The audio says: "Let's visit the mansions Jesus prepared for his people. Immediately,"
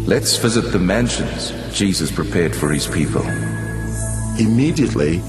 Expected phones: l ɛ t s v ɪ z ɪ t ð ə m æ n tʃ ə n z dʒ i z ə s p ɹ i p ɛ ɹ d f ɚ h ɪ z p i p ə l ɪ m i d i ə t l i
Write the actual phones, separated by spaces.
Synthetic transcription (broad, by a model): l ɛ t s v ɪ z ɪ t ð ə m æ n ʃ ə n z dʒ i z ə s p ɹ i p ɛ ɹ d f ɚ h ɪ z p i p ə l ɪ m i d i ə t l i